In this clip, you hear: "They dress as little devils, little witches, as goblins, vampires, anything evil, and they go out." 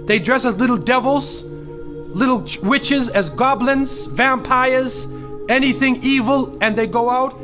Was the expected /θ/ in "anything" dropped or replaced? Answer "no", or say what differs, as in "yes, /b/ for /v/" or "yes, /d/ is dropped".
no